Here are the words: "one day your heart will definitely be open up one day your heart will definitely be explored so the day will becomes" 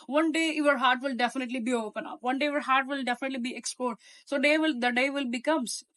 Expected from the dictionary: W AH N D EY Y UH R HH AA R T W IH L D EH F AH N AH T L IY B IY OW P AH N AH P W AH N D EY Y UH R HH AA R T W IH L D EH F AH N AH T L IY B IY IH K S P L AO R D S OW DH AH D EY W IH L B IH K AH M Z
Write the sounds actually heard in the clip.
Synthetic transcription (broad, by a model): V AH N D EY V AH R HH AA R T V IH L D EH F AH N AH T L IY B IY OW P AH N AH P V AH N D EY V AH R HH AA R T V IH L D EH F AH N AH T L IY B IY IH K S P AO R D S OW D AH D EY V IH L B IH K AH M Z